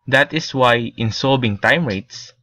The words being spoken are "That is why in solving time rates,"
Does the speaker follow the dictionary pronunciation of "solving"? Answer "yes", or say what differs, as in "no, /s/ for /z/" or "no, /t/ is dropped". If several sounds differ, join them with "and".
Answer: no, /b/ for /v/